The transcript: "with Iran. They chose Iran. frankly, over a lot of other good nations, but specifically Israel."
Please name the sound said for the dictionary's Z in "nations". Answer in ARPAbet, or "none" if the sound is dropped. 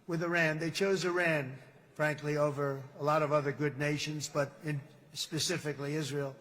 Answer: Z